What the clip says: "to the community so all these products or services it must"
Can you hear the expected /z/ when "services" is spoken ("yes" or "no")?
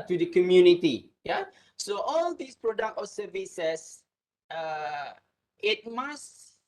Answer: no